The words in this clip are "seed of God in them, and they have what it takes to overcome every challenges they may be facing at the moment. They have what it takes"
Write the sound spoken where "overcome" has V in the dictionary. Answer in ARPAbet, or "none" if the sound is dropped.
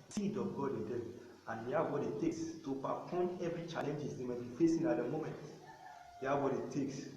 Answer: P